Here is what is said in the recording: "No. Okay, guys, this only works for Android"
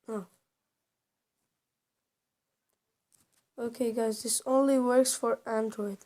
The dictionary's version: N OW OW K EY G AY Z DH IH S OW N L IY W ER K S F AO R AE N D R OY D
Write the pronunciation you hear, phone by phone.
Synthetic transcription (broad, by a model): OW OW K EY G AY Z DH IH S OW N L IY W ER K S F AO R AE N D R OY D